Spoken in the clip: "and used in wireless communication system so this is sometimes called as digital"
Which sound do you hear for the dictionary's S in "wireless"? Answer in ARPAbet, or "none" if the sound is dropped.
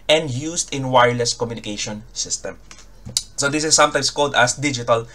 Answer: S